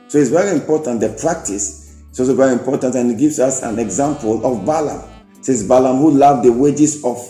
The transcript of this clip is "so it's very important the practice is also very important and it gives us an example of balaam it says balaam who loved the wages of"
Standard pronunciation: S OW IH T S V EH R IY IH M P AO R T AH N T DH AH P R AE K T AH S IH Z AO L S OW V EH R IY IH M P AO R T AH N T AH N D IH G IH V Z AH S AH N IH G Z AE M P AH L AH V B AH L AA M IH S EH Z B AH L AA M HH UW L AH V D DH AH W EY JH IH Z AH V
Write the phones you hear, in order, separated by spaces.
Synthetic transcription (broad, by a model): S OW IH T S V EH R IY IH M P AO T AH N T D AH P R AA K T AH S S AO S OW V EH R IY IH M P AO T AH N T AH N IH G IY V S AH S AH N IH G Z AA M P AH L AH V B AH L AA M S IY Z B AH L AA M HH UW L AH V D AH W EY JH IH S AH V